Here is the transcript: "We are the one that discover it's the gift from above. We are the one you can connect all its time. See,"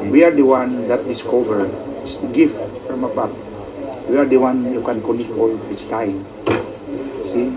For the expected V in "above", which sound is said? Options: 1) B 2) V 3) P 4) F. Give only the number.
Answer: 3